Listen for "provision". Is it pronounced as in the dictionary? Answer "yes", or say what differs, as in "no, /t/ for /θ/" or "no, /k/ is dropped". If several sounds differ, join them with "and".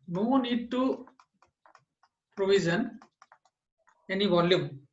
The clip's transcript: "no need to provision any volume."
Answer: no, /z/ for /ʒ/